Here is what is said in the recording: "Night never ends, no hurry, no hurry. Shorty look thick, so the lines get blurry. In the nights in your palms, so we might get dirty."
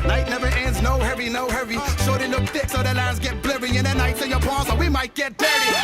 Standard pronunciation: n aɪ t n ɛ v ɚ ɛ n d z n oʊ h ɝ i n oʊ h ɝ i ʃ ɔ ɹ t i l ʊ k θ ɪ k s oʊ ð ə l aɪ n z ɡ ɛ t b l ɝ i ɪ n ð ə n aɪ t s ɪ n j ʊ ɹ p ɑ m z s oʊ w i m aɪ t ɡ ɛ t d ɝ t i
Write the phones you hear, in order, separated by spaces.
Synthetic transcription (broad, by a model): n aɪ t n ɛ v ɚ ɛ n d z n oʊ h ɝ i n oʊ h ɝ i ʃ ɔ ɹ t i l ʊ k θ ɪ k s oʊ ð ə l aɪ n z ɡ ɛ t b l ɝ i ɪ n ð ə n aɪ t s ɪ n j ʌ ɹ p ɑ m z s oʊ w i m aɪ t ɡ ɛ t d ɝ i